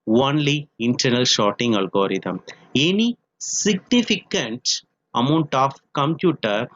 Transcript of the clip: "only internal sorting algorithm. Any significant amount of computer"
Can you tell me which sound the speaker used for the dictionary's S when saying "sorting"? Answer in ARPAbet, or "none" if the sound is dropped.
SH